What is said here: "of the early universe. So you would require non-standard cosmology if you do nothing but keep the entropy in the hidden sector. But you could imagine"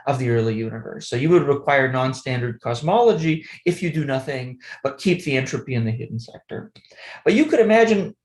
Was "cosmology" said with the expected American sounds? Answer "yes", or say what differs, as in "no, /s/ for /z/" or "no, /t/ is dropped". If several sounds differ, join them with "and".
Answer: yes